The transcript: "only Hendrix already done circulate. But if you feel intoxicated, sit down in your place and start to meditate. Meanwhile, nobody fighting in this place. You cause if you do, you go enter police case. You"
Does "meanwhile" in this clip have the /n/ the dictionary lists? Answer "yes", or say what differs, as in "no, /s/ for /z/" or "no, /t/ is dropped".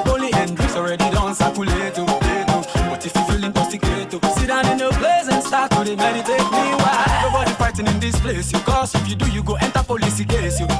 no, /n/ is dropped